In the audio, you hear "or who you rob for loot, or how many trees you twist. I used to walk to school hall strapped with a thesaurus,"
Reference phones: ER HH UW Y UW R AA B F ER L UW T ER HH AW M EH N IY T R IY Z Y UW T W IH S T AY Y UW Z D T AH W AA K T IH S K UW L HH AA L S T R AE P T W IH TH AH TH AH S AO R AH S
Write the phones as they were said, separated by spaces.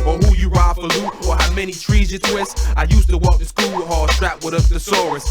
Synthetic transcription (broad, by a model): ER HH UW Y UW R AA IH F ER L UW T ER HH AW M EH N IY T R IY Z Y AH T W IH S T AY Y UW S T AH W AA K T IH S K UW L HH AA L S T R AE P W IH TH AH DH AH S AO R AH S